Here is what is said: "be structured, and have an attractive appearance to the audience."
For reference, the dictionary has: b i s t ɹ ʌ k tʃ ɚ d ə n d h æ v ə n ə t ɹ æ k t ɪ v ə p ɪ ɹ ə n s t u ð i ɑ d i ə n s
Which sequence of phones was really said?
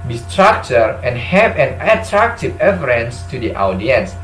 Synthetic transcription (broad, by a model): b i s t ɹ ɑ k tʃ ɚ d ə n h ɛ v ə n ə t ɹ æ k t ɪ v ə f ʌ ɹ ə n s t u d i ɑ d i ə n s